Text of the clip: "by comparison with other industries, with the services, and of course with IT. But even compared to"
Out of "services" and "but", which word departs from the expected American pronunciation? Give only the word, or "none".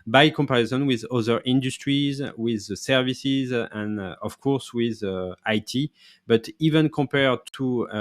none